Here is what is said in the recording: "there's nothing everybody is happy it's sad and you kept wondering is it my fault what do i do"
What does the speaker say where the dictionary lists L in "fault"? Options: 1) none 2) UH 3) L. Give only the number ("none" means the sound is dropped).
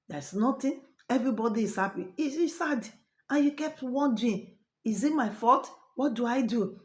1